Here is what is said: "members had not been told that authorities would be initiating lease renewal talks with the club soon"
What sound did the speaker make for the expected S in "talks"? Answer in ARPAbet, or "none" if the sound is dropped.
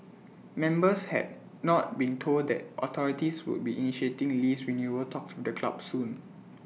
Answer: S